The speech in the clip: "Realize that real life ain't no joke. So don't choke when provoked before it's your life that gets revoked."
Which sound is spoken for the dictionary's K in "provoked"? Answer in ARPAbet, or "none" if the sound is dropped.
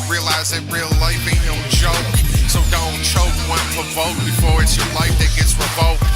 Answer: none